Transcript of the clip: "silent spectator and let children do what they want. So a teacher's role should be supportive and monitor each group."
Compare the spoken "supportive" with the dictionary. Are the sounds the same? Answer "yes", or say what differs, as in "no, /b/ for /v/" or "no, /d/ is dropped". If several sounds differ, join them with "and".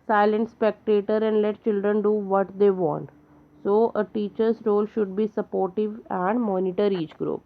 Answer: yes